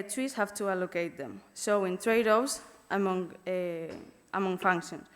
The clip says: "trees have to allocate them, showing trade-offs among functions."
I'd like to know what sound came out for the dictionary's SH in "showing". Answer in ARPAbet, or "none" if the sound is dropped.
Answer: S